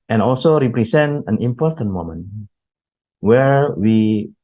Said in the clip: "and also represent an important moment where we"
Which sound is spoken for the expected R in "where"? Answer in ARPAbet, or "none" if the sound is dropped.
R